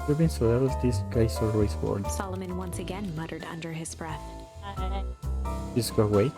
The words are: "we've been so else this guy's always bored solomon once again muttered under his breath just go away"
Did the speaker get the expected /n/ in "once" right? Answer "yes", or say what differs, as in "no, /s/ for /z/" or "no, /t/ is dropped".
yes